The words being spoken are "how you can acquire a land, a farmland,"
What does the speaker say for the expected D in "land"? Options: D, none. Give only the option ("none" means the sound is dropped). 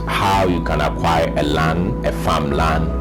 none